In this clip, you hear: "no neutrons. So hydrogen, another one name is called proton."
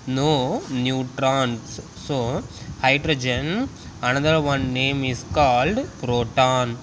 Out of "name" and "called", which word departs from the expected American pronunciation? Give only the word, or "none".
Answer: none